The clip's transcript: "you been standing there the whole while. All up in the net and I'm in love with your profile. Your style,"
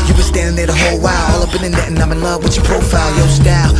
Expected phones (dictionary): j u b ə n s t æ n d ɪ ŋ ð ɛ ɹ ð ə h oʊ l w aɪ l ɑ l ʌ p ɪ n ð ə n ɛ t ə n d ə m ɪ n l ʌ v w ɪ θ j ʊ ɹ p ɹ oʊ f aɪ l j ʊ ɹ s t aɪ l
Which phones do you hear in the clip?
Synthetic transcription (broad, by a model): j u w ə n s t æ n d ɪ ŋ ð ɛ ɹ ð ə h oʊ l w aɪ l ɑ l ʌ b ɪ n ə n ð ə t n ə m ɪ n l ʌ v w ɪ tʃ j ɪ p ɹ oʊ f aɪ l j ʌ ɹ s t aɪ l